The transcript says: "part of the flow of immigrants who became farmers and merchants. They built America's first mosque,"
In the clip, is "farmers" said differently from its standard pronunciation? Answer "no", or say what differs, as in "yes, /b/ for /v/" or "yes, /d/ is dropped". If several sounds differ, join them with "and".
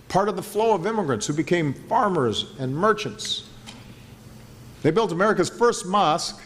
no